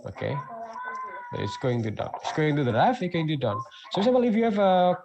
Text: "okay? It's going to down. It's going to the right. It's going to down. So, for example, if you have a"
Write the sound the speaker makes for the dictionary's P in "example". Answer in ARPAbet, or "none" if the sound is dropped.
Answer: none